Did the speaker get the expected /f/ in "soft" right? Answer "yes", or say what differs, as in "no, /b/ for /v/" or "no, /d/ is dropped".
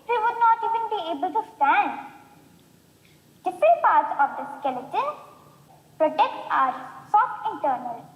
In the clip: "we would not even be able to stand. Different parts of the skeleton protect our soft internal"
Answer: no, /f/ is dropped